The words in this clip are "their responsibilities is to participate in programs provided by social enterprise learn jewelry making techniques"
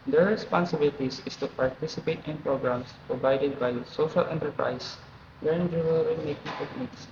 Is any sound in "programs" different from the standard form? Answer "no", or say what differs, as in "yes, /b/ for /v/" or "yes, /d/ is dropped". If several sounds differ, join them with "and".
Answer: yes, /s/ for /z/